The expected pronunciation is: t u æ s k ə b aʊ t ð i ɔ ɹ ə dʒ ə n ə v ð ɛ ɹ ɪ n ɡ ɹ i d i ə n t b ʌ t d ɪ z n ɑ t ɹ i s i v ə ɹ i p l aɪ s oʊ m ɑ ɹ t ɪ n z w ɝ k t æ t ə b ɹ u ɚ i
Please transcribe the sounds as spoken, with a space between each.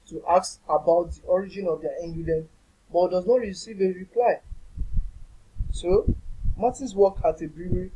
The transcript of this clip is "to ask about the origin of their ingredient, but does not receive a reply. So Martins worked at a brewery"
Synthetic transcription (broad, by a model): t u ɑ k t ə b aʊ t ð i ɔ ɹ ə dʒ ə n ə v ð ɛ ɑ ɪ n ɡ i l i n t b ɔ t d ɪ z n ɑ t ɹ i s i v ə ɹ i p l aɪ s oʊ m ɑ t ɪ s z w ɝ k ɑ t ə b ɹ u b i